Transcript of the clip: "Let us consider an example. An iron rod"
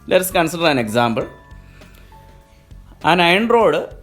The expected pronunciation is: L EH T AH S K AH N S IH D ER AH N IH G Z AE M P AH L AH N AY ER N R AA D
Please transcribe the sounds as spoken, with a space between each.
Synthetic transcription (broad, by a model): L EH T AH S K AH N S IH D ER AH N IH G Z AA M B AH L AH N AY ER N R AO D